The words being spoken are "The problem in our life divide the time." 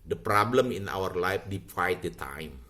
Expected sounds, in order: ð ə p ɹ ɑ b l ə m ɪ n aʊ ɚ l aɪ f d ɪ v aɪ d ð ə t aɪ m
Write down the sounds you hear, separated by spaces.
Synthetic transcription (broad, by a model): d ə p ɹ ɑ b l ə m ɪ n aʊ ɚ l aɪ f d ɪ w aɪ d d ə t aɪ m